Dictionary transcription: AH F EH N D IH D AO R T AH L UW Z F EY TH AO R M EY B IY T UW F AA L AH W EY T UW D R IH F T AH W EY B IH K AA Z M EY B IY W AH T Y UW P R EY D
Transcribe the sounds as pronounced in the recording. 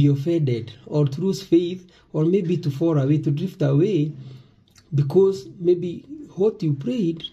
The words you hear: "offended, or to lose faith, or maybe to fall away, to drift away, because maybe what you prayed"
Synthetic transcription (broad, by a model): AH F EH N D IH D AO R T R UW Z F EY TH AO R M EY B IY T UW F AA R AH W EY T UW D R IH F T AH W EY B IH K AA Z M EY B IY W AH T Y UW P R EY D